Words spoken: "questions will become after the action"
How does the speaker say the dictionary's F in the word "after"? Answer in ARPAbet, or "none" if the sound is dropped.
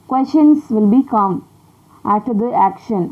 none